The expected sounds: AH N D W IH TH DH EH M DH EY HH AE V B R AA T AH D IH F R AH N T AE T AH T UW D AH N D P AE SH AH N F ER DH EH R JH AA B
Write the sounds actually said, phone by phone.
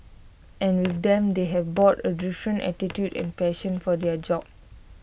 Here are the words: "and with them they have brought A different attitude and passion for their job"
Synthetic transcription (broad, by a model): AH N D W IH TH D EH M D EY HH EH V B AA T AH D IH F R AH N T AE T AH T UW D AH N P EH SH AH N F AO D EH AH JH AA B